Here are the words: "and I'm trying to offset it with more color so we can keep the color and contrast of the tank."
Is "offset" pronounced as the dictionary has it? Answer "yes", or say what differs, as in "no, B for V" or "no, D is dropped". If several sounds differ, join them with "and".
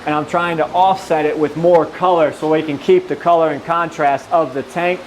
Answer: yes